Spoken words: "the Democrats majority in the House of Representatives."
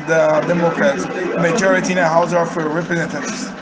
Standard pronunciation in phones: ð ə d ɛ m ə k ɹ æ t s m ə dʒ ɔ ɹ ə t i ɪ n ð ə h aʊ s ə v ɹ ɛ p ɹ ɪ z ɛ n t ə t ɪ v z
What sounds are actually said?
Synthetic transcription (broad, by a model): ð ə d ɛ m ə k ɹ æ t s m ə dʒ ɔ ɹ ə t i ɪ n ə h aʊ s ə f ɹ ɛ p ɹ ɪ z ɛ n t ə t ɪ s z